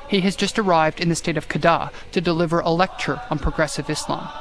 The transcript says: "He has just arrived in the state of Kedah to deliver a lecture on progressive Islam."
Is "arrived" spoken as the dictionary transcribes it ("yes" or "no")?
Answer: yes